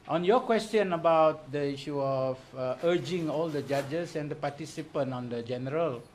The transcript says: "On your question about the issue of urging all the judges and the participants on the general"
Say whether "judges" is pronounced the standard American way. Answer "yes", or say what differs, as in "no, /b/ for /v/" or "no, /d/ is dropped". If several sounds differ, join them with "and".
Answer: no, /s/ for /z/